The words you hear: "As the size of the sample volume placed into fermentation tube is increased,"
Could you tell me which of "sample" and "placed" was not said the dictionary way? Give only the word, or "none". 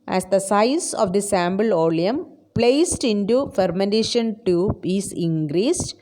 sample